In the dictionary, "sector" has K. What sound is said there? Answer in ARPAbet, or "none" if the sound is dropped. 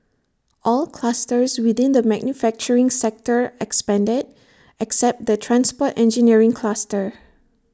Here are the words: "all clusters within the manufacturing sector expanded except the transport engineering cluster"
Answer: K